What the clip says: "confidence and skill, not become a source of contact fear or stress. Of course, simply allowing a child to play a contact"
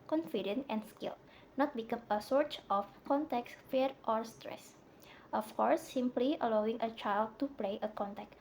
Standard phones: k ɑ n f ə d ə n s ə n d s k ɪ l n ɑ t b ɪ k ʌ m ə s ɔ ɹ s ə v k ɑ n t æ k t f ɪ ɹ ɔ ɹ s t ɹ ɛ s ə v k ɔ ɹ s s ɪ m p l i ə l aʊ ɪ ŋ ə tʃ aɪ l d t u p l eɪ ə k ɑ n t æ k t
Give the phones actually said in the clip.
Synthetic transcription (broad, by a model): k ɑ n f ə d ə n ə n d s k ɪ l n ɑ t b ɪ k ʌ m ə s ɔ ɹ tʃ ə f k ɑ n t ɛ k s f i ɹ ɔ ɹ s t ɹ ɛ s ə f k ɔ ɹ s s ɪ m p l i ə l aʊ ɪ ŋ ə tʃ aɪ l d t u p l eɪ ə k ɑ n t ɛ k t